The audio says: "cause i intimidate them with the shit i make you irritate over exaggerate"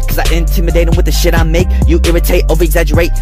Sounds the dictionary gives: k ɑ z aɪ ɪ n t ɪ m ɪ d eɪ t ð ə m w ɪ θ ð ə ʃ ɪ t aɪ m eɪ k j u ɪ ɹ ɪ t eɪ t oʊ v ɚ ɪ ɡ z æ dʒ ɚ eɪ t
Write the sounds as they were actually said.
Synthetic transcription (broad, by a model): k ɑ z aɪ ɪ n t ɪ m ɪ d eɪ t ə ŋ w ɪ ð ə ʃ ɪ t aɪ m eɪ k j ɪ ɪ ɹ ɪ t eɪ t oʊ v ɚ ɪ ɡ z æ dʒ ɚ eɪ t